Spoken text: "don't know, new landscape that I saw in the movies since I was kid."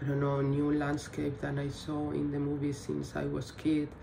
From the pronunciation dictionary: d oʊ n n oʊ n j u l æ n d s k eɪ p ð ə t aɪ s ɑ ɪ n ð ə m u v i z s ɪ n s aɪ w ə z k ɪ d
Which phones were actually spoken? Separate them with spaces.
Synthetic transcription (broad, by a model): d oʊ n n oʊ n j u l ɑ n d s k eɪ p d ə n aɪ s ɑ ɪ n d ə m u b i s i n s aɪ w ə s k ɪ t